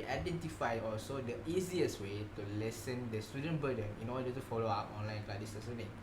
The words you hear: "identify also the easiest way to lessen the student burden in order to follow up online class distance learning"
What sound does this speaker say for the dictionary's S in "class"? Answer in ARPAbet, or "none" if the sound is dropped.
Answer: none